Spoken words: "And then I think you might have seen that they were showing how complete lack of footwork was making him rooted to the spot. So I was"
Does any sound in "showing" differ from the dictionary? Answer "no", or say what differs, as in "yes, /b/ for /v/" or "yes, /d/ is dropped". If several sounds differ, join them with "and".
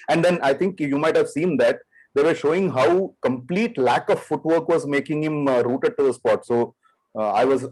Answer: no